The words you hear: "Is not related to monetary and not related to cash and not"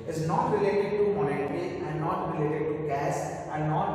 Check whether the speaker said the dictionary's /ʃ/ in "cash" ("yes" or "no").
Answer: no